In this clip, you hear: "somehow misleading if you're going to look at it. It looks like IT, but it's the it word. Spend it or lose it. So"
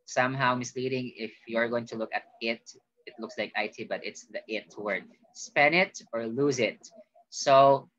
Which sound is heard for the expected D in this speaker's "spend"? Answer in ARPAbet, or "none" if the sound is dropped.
none